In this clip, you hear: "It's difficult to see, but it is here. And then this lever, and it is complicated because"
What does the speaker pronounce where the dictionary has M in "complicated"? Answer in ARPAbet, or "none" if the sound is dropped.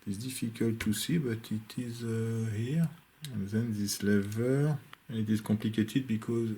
none